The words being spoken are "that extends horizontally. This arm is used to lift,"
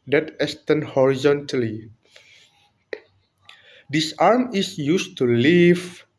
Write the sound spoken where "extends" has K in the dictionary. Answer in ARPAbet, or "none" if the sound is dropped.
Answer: none